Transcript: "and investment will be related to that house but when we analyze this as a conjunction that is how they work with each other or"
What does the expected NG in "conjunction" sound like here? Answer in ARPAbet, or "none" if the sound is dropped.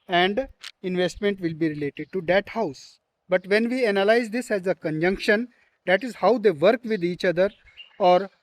NG